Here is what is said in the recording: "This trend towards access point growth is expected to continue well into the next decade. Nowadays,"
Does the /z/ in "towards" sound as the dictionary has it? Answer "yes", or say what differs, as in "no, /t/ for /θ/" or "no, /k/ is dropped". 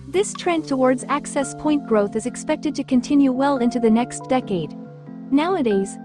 yes